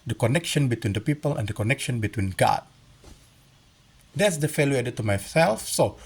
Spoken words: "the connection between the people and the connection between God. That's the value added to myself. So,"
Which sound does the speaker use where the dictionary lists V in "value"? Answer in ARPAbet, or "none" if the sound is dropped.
F